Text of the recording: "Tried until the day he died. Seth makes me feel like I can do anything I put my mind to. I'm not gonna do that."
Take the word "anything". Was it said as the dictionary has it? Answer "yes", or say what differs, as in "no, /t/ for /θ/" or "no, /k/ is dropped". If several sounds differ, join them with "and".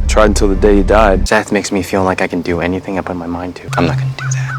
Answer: yes